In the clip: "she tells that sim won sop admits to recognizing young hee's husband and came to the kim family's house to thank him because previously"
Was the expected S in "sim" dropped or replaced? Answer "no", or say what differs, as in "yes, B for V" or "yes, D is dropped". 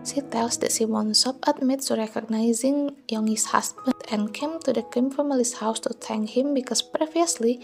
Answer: yes, SH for S